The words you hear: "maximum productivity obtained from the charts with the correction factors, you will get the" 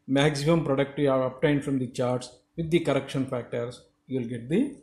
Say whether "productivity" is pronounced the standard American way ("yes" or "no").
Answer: no